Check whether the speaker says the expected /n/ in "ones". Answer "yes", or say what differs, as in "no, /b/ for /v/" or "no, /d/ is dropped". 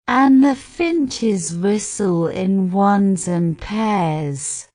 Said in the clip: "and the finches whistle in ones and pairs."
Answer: yes